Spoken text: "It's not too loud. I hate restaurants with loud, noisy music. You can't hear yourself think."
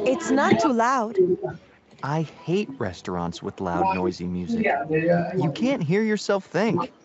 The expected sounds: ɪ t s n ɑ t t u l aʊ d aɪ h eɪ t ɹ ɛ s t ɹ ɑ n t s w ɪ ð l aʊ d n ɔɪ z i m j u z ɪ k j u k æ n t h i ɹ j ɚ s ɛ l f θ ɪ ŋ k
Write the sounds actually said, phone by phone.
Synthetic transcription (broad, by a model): ɪ t s n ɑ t t u l aʊ d aɪ h eɪ t ɹ ɛ s t ɹ ɑ n t s w ɪ ð l aʊ d n ɔɪ z i m j u z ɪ j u k æ n t h i ɹ j ɚ s ɛ l f θ ɪ ŋ k